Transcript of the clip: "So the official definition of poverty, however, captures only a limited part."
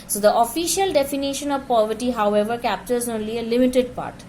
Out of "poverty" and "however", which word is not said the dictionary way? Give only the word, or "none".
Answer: none